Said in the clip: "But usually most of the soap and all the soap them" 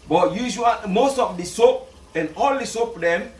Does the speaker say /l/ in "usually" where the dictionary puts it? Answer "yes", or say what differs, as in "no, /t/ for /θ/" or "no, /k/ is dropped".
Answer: no, /l/ is dropped